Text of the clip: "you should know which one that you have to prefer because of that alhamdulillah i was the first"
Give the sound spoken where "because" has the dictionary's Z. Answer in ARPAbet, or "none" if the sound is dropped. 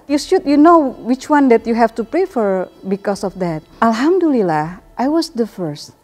S